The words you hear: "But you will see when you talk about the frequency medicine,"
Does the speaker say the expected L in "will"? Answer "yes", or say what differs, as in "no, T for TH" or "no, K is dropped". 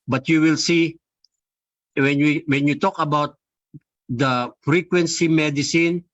yes